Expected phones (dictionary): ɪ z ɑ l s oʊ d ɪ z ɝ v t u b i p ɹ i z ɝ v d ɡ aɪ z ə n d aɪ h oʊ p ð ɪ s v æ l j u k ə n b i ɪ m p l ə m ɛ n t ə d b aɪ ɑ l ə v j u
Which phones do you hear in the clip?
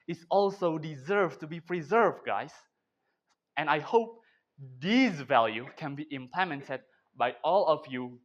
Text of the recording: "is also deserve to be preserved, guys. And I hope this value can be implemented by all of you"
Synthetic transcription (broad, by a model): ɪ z ɑ l s oʊ d ɪ z ɝ v t u b i p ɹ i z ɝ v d ɡ aɪ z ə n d aɪ h oʊ p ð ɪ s v æ l j u k ə n b i ɪ m p l ə m ɛ n t ə d b aɪ ɑ l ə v j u